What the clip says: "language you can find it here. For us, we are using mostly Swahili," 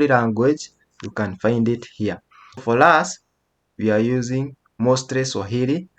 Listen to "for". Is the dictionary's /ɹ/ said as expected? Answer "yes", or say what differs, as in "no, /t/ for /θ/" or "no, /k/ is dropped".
no, /l/ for /ɹ/